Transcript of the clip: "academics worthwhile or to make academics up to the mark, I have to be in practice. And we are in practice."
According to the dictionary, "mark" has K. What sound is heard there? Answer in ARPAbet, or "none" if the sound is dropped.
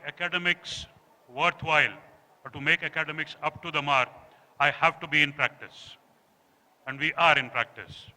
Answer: none